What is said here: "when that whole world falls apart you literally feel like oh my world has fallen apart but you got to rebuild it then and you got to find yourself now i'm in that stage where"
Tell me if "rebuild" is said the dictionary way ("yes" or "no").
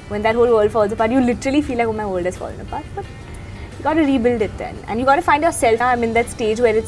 yes